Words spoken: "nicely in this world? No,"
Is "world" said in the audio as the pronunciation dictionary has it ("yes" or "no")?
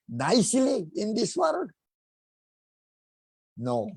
no